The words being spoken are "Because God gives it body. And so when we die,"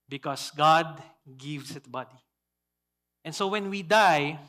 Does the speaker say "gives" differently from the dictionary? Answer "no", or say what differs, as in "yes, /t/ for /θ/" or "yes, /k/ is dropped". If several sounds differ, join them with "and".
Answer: yes, /s/ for /z/